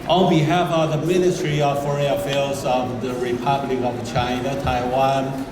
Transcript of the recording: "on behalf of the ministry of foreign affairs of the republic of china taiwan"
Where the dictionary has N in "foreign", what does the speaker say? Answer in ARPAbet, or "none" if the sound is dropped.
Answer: none